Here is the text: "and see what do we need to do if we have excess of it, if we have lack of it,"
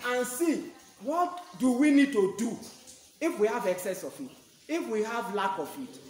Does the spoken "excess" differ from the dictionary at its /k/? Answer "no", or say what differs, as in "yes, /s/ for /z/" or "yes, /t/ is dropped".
no